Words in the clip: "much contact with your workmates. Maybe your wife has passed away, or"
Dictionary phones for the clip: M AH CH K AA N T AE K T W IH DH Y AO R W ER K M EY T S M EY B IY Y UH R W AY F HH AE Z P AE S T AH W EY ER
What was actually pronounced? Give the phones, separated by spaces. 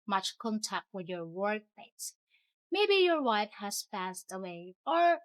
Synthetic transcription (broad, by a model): M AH CH K AA N T AE K T W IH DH Y AO R W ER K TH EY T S M EY B IY Y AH R W AY F HH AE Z P AE S T AH W EY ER